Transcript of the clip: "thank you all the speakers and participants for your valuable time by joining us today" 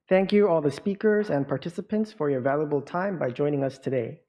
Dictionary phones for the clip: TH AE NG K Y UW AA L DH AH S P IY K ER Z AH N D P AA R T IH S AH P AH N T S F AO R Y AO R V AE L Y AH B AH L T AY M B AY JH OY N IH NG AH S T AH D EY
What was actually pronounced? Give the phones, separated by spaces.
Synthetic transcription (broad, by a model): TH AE NG K Y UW AA L DH AH S P IY K ER Z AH N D P AA R T IH S AH P AH N T S F AO R Y AO R V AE L Y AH B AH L T AY M B AY JH OY N IH NG AH S T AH D EY